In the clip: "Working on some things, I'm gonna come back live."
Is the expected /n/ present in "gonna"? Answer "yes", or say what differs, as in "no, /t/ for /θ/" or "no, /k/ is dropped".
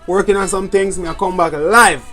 no, /n/ is dropped